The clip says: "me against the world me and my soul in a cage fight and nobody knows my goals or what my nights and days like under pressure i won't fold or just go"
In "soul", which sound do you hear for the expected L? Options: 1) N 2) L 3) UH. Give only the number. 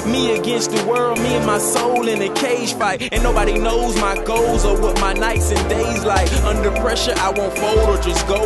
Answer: 2